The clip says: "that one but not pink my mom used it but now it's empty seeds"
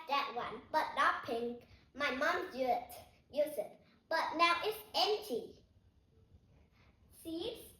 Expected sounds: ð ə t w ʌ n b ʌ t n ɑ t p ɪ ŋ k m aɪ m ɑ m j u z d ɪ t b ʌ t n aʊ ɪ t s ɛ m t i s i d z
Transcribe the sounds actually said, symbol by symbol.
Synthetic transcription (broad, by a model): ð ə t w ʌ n b ʌ t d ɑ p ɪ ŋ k m aɪ m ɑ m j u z ɪ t b ʌ t n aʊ ɪ t s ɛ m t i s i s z